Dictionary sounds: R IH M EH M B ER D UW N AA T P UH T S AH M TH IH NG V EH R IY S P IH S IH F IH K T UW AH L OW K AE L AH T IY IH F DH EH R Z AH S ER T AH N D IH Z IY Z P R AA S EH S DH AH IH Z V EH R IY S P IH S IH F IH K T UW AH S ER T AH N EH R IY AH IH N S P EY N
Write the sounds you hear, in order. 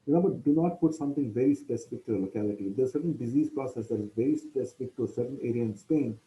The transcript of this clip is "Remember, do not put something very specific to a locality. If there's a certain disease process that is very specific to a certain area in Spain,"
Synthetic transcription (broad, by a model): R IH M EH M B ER D UW N AA T P UH T S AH M T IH NG V EH R IY S P IH S IH F IH K T UW AH L OW K AE L AH T IY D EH AH S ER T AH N D IH Z IY Z P R AA S EH S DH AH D V EH R IY S P IH S IH F IH K T UW AH S ER T AH N EH R IY AH IH N S P EY N